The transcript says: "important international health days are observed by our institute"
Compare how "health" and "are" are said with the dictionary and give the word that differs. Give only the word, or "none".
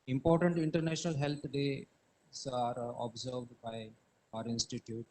health